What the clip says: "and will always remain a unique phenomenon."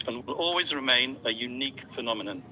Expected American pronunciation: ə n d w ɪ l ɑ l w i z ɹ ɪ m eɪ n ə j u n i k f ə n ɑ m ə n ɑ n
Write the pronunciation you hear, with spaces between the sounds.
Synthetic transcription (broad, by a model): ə n w ɪ l ɑ l w i z ɹ ɪ m eɪ n ə j u n i k f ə n ɑ m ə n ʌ n